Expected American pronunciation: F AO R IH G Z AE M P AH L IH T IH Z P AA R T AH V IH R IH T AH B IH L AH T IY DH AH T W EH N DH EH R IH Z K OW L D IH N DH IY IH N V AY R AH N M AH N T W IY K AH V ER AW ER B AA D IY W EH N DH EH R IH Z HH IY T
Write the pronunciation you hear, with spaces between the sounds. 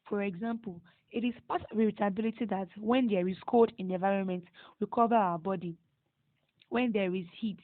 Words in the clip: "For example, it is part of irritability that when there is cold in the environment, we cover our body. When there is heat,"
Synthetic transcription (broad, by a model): F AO R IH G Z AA M P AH L IH T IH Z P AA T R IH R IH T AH B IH L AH T IY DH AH T W EH N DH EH R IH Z K OW D IH N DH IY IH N V AY R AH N M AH N T W IY K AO V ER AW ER B AA D IY W EH N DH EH R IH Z HH IY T